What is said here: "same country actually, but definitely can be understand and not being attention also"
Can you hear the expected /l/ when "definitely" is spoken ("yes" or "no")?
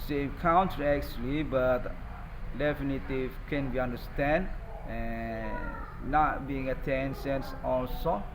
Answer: no